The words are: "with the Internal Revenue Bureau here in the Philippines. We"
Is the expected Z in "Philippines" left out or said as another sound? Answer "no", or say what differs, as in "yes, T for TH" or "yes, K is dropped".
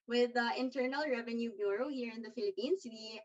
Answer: yes, S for Z